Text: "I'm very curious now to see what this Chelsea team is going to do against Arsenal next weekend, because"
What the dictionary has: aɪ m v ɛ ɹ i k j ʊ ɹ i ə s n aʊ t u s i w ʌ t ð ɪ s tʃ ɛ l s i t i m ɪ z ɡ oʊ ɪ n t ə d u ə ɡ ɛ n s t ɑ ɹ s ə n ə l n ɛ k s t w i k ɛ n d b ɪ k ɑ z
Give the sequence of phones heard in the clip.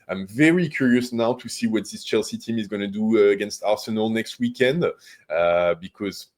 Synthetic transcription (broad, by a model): aɪ m v ɛ ɹ i k j ʊ ɹ i ə s n aʊ t u s i w ʌ t ð ɪ s tʃ ɛ l s i t i m ɪ z ɡ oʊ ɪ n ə d u ə ɡ ɛ n s t ɑ ɹ s ə n ə l n ɛ k s t w i k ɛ n d b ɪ k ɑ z